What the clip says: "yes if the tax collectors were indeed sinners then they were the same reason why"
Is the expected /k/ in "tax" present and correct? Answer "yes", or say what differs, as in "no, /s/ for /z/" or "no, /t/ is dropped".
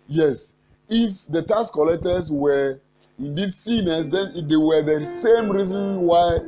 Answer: no, /k/ is dropped